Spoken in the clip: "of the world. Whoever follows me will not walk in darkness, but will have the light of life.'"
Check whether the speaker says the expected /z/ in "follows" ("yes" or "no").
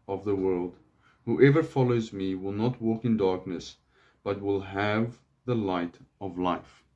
yes